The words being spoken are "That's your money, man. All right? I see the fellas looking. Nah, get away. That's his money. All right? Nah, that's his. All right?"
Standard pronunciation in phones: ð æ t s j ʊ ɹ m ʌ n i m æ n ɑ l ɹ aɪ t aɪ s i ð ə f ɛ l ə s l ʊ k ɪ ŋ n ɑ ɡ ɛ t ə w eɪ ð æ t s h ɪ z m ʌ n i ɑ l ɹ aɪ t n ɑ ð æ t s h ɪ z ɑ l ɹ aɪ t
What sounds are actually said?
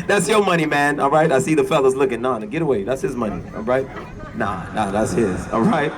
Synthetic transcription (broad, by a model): ð æ t s j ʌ ɹ m ʌ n i m æ n ɑ l ɹ aɪ t aɪ s i ð ə f ɛ l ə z l ʊ k ɪ ŋ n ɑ ɡ ɛ t ə w eɪ ð æ t s h ɪ z m ʌ n i ɑ l ɹ aɪ t n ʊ ð æ t s h ɪ z ɑ l ɹ aɪ t